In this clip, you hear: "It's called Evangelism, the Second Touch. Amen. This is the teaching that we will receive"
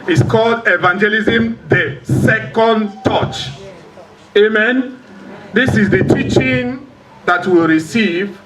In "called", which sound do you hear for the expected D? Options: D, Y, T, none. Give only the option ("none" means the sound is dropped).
D